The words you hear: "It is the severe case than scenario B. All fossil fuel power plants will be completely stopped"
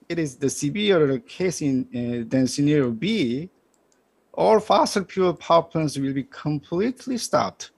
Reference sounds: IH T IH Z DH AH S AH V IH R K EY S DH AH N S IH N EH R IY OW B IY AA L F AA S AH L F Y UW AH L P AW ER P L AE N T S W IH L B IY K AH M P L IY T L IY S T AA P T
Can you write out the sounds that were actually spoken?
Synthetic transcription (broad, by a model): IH T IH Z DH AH S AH B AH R K EY S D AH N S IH N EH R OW B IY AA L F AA S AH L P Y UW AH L P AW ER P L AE N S W IH L B IY K AH M P L IY T L IY S T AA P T